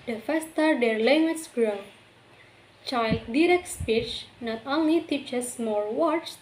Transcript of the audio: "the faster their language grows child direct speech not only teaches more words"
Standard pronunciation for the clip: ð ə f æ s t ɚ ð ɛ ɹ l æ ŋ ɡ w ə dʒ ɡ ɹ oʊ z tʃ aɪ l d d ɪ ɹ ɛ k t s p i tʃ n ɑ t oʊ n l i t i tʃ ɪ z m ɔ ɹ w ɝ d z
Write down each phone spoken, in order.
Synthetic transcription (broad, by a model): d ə f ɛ s t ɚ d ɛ ɹ l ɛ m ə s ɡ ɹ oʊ tʃ aɪ l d d ɪ ɹ ɛ k t s p i tʃ n ɑ t oʊ n l i t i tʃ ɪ s m ɔ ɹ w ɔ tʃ